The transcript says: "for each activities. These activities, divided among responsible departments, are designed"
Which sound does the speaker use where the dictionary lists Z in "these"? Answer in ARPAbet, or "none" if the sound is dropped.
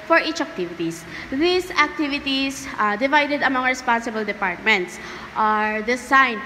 S